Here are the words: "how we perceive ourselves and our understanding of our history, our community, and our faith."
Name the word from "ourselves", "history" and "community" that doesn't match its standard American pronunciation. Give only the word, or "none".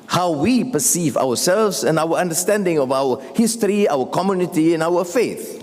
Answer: ourselves